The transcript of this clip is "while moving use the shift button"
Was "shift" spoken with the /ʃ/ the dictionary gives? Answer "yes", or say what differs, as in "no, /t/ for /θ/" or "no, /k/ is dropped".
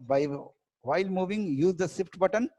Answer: no, /s/ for /ʃ/